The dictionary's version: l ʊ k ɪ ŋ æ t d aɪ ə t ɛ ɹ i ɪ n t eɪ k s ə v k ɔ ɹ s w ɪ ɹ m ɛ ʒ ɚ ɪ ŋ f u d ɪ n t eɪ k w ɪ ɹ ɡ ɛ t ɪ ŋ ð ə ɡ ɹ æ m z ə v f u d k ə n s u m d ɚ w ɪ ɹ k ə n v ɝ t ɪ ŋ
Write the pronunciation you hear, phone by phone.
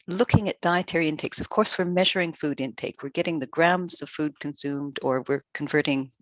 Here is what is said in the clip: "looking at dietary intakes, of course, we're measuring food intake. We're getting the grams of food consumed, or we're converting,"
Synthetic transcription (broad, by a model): l ʊ k ɪ ŋ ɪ t d aɪ ə t ɛ ɹ i ɪ n t eɪ k s ə v k ɔ ɹ s w ɪ ɹ m ɛ ʒ ɚ ɪ ŋ f u d ɪ n t eɪ k w ɪ ɹ ɡ ɛ t ɪ ŋ ð ə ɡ ɹ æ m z ə v f u d k ə n s u m d ɚ w ɪ ɹ k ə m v ɝ t ɪ ŋ